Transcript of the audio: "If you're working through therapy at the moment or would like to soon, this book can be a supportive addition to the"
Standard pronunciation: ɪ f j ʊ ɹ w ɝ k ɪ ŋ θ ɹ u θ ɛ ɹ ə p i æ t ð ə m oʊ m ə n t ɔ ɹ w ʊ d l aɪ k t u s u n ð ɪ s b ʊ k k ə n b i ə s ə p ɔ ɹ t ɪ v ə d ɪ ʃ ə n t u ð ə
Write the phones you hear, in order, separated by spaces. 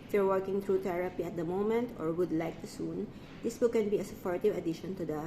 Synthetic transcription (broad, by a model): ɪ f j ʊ ɹ w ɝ k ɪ ŋ t ɹ u t ɛ ɹ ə p i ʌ t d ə m oʊ m ə n t ɔ ɹ w ʊ d l aɪ k t u s u n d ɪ s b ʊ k k ə n b i ə s ə p ɔ ɹ t ɪ v ə d ɪ ʃ ə n t u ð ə